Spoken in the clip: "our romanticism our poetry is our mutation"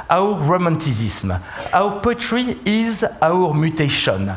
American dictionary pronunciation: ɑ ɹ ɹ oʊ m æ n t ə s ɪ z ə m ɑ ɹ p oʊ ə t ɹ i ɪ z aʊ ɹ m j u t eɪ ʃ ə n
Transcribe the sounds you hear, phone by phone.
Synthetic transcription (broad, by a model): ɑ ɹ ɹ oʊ m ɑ t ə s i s m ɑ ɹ p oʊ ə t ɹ i ɪ z aʊ ɹ m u t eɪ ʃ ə n